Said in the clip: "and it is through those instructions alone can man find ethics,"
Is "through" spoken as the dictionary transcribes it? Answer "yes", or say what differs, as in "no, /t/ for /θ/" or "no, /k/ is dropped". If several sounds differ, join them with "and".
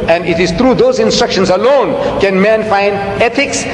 no, /t/ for /θ/